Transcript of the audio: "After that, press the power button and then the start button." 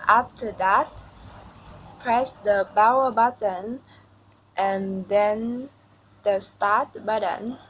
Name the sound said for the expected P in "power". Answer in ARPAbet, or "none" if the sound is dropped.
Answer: B